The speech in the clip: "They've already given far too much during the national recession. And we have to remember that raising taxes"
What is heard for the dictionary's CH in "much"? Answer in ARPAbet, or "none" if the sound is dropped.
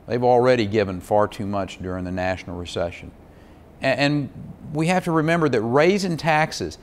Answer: CH